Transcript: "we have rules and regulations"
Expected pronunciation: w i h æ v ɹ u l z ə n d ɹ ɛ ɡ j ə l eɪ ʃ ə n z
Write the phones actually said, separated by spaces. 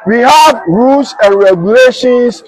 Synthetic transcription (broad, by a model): w i h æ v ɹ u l s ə n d ɹ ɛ ɡ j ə l eɪ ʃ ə n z